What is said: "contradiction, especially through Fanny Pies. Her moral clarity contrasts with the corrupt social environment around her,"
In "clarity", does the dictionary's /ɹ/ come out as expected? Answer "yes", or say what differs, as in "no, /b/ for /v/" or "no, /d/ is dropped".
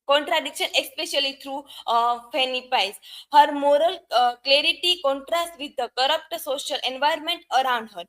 yes